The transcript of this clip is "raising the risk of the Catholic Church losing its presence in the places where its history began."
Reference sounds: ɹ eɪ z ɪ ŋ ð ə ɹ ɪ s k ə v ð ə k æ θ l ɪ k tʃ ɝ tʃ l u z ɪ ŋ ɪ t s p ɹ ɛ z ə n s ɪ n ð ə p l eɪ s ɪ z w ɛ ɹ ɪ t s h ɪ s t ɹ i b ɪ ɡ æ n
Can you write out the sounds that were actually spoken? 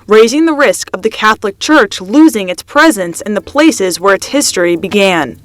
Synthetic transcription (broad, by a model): ɹ eɪ z ɪ ŋ ð ə ɹ ɪ s k ə v ð ə k æ θ l ɪ k tʃ ɝ tʃ l u z ɪ ŋ ɪ t s p ɹ ɛ z ə n s ɪ n ð ə p l eɪ s ɪ z w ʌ ɹ ɪ t s h ɪ s t ɹ i b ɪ ɡ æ n